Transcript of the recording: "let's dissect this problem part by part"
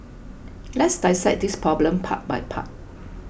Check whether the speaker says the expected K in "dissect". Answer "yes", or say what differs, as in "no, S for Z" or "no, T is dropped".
no, K is dropped